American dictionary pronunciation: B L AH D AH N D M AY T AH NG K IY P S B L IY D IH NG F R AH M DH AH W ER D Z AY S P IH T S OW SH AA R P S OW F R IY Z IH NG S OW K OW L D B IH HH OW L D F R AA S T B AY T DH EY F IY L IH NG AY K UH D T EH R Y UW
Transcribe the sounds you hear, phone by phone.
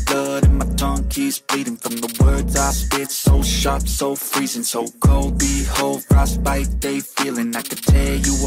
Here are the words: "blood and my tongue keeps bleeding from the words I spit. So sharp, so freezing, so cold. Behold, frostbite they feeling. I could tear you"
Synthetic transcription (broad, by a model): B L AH D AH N M AY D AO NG K IY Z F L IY D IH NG F R AH M DH AH W ER D Z AY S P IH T S OW SH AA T S OW F R IY Z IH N S OW K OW L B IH HH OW L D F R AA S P AY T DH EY F IY L IH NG AY K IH T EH Y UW